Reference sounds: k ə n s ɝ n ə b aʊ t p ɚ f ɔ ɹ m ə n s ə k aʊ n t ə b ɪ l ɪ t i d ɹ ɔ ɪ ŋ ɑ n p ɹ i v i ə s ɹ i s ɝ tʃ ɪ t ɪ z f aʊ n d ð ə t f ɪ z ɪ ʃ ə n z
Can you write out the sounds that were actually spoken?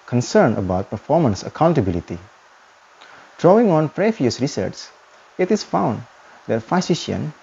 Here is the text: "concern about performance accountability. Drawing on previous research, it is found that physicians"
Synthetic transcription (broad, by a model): k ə n s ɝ n ə b aʊ t p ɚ f ɔ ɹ m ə n s ə k aʊ n t ə b ɪ l ɪ t i d ɹ ɔ ɪ ŋ ɑ n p ɹ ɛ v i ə s ɹ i s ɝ s ɪ t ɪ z f aʊ n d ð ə t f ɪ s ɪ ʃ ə n